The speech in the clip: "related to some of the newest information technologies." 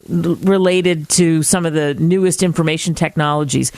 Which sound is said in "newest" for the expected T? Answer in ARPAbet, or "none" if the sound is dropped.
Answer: T